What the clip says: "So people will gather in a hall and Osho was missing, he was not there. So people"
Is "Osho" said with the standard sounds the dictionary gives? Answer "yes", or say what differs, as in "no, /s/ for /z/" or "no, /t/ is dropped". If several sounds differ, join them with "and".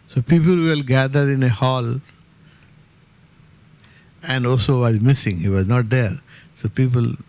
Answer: no, /s/ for /ʃ/